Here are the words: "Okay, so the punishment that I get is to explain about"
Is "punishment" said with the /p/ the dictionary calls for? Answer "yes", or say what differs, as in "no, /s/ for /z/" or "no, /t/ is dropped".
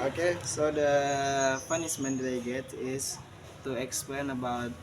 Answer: no, /f/ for /p/